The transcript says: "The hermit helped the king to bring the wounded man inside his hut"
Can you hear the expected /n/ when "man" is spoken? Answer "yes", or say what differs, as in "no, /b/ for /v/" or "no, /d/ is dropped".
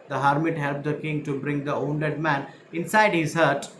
yes